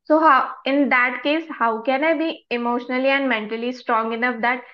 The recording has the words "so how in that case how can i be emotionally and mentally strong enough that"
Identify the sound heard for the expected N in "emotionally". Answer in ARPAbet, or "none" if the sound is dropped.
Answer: N